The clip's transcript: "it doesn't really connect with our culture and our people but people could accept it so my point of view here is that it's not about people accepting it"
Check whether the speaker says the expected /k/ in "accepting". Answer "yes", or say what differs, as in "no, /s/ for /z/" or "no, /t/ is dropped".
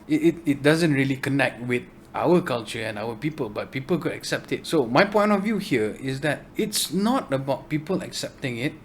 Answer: yes